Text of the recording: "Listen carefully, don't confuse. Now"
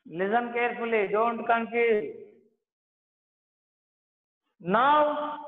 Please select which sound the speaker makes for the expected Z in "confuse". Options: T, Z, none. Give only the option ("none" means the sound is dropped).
none